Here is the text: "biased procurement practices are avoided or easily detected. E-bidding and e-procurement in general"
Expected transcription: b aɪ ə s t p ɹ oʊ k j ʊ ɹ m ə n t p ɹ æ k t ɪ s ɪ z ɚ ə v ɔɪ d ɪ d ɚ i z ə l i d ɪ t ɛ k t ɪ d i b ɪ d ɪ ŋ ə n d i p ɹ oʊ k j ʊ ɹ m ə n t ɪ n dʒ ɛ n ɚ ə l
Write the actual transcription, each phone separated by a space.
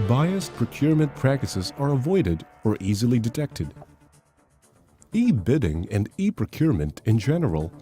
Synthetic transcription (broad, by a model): b aɪ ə s p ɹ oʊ k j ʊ ɹ m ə n p ɹ æ k t ɪ s ɪ z ɚ ə v ɔɪ d ɪ d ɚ i z ə l i d ɪ t ɛ k t ɪ d i b ɪ d ɪ ŋ ə n d i p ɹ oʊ k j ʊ ɹ m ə n t ɪ n dʒ ɛ n ɚ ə l